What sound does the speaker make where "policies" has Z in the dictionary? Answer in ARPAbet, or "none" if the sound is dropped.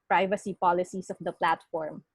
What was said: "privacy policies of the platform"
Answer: S